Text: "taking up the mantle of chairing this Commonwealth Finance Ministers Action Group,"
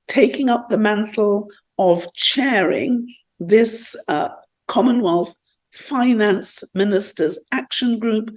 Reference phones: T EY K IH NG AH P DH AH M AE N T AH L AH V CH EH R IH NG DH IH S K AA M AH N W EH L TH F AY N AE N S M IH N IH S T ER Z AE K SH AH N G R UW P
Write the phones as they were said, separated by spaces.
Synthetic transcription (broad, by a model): T EY K IH NG AH P DH AH M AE N T L AH V CH EH R IH NG DH IH S K AA M AH N W EH L TH F AY N AE N S M IH N IH S T ER Z AE K SH AH N G R UW P